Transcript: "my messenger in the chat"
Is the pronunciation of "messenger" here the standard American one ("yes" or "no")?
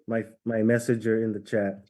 no